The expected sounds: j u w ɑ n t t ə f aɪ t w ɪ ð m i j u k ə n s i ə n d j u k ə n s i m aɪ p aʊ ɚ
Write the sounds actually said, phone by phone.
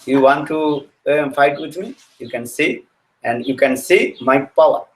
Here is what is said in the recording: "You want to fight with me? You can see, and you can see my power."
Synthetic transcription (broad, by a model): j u w ɑ n t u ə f aɪ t w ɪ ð m i j u k ə n s i ə n d j u k ə n s i m aɪ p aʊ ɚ